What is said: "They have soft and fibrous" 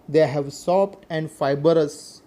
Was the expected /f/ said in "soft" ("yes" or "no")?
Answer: no